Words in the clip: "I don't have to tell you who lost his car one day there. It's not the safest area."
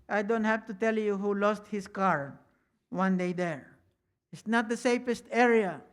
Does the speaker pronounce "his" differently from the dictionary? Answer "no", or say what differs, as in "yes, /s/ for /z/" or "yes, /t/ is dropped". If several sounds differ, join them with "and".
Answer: yes, /s/ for /z/